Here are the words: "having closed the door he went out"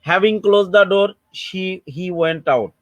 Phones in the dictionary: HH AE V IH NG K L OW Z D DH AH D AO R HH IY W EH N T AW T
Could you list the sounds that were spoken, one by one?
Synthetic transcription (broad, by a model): HH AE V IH NG K L OW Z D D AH D AO R HH IY W EH N T AW T